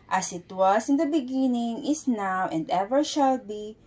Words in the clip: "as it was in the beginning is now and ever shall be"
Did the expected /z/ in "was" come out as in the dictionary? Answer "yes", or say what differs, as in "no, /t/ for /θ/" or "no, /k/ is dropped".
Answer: no, /s/ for /z/